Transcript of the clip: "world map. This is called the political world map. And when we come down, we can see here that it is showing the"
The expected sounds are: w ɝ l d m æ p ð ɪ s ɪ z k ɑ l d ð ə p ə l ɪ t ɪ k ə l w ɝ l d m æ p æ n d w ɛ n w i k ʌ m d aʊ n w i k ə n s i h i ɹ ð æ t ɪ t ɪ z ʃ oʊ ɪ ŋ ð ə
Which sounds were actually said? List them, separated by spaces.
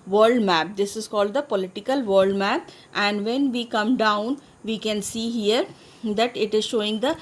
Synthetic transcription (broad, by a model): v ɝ l d m æ p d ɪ s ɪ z k ɑ l d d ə p ə l ɪ t ɪ k ə l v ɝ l d m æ p æ n d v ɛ n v i k ʌ m d aʊ n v i k ə n s i h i ɹ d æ t ɪ t ɪ z ʃ oʊ ɪ ŋ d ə